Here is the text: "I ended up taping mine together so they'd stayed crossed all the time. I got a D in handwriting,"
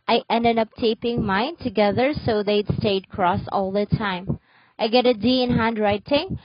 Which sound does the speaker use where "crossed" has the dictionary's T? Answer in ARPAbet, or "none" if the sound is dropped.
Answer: none